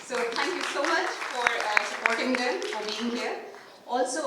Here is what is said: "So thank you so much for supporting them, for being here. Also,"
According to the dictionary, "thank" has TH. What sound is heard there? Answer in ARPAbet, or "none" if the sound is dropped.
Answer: T